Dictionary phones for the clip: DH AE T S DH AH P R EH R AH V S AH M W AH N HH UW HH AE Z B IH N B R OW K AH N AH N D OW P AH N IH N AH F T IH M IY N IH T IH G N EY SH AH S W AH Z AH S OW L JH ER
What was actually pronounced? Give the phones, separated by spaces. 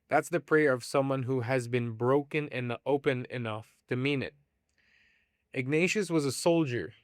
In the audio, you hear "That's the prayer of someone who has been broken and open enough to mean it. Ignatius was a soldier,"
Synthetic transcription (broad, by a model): DH AE T S DH AH P R EH R AH V S AH M W AH N HH UW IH Z B IH N B R OW K AH N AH N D OW P AH N IH N AH F T IH M IY N IH T IH G N EY SH AH S W AH Z AH S OW L JH ER